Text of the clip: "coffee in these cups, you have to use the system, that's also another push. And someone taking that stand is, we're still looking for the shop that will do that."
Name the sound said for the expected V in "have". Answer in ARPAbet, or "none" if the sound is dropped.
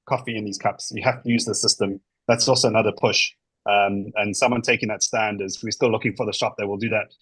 F